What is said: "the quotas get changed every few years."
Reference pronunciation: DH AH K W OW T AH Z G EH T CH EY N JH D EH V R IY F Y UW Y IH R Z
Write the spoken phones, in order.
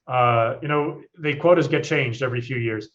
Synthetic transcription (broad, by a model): DH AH K W OW T AH Z G EH T CH EY N JH D EH V R IY F Y UW Y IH R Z